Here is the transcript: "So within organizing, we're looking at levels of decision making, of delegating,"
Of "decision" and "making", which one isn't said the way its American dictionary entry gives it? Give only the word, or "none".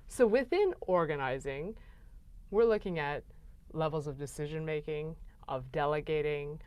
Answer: none